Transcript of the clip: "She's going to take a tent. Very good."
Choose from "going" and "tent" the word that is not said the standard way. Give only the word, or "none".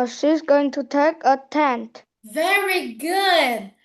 none